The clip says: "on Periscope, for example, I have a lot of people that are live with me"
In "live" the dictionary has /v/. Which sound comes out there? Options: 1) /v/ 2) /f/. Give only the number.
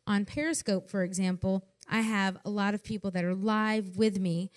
1